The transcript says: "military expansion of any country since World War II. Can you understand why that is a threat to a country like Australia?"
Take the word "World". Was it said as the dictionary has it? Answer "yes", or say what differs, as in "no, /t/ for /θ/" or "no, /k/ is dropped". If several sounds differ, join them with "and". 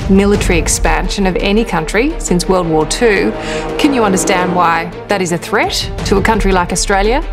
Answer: yes